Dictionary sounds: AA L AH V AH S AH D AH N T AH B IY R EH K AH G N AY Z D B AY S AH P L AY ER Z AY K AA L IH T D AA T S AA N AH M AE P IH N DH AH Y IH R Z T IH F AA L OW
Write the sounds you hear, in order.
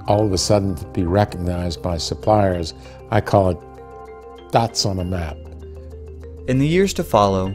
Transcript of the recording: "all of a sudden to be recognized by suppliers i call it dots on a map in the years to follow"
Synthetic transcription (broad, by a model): AA L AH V AH S AH D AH N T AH B IY R EH K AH G N AY Z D B AY S AH P L AY ER Z AY K AA L IH T D AA T S N AH M AE P IH N DH AH Y IH R Z T IH F AA L OW